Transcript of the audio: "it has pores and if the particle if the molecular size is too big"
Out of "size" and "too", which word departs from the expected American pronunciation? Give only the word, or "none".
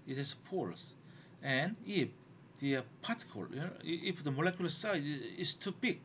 size